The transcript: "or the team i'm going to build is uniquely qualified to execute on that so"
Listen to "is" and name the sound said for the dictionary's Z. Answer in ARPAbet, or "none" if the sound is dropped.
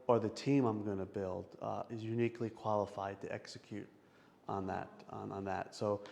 Z